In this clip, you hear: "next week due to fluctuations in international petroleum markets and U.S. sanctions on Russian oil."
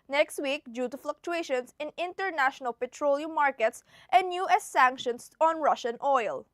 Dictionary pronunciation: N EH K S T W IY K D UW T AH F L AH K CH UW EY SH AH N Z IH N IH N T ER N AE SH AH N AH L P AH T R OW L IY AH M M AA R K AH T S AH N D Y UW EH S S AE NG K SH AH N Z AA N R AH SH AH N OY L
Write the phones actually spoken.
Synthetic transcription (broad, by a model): N EH K S T W IY K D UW T AH F L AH K CH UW EY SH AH N S IH N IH N T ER N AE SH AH N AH L P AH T R OW L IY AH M M AA R K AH T S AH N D Y UW EH S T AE NG K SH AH N S AA N R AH SH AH N OY L